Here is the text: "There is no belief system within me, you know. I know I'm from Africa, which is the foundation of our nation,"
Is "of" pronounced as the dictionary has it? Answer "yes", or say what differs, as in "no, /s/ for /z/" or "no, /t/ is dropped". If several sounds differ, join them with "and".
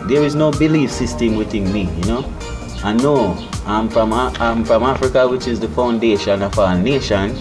no, /f/ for /v/